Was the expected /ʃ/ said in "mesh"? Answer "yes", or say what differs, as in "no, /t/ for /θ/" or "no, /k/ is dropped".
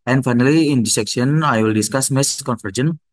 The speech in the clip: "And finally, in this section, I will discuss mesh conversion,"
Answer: no, /s/ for /ʃ/